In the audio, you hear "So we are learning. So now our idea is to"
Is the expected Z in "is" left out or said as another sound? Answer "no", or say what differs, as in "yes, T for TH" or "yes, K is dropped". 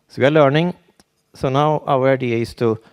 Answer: yes, S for Z